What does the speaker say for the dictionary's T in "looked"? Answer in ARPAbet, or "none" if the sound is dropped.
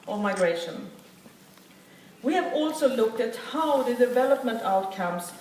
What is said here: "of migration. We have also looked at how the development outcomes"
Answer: T